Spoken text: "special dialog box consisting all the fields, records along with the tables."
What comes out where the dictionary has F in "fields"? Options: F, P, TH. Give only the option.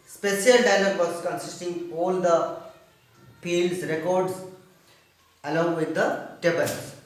P